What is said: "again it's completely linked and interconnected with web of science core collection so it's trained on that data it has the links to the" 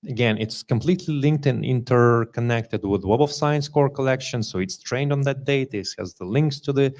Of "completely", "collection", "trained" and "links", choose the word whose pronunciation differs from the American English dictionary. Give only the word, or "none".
none